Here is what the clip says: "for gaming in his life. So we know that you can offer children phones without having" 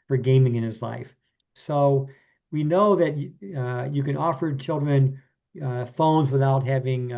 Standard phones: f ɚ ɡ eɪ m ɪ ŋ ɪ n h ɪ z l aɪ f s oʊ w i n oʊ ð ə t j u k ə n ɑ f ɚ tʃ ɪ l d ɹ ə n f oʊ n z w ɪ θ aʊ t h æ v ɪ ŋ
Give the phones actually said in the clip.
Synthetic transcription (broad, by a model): f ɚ ɡ eɪ m ɪ ŋ ɪ n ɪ z l aɪ f s oʊ w i n oʊ ð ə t j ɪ k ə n ɑ f ɚ tʃ ɪ l d ɹ ə n f oʊ n z w ɪ θ aʊ t h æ v ɪ ŋ